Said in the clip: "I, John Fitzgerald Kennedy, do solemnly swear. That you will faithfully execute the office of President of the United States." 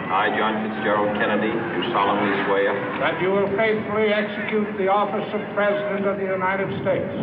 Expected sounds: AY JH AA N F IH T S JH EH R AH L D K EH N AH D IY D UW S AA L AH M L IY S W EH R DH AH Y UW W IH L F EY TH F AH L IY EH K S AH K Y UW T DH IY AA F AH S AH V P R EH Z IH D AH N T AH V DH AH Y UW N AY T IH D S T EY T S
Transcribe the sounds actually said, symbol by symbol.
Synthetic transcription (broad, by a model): AY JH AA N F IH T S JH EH R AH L K EH N AH D IY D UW S AA L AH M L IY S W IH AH DH AH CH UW W IH L F EY TH F L IY EH K S AH K Y UW T DH IY AA F AH S AH V P R EH Z IH D AH N T AH V DH AH Y UW N AY T IH D S T EY T S